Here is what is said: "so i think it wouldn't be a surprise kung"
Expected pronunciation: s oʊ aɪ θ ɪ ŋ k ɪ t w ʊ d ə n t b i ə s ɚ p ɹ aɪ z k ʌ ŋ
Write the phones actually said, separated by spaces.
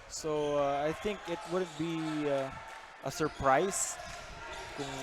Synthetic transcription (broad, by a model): s oʊ aɪ θ ɪ ŋ k ɪ t w ʊ d ə n t b i ə s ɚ p ɹ aɪ s k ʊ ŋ